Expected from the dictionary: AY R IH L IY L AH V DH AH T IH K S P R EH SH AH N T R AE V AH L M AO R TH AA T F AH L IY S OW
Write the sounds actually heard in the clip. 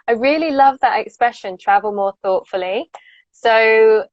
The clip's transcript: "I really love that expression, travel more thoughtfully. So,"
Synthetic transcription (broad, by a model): AY R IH L IY L AH V DH AH T IH K S P R EH SH AH N T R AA V AH L M AO TH AA T F AH L IY S OW